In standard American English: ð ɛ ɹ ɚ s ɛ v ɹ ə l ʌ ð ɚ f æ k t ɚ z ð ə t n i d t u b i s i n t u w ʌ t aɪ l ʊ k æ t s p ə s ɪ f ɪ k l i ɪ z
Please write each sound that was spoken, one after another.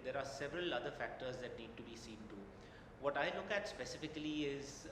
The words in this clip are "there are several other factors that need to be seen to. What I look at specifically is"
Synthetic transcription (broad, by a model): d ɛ ɹ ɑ s ɛ v ɹ ə l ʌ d ɚ f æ k t ɚ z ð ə t n i d t u b i s i n t u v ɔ t aɪ l ʊ k æ t s p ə s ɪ f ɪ k l i ɪ z